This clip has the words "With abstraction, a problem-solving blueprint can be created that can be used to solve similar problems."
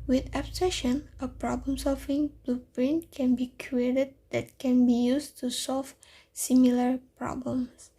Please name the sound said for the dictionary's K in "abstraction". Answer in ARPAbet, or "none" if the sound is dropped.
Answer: none